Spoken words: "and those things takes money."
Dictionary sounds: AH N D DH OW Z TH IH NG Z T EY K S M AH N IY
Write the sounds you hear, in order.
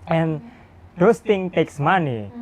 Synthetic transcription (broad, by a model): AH N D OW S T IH NG T EY K S M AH N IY